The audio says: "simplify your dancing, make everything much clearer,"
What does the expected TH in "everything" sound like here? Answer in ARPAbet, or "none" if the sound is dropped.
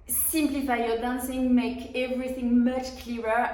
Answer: TH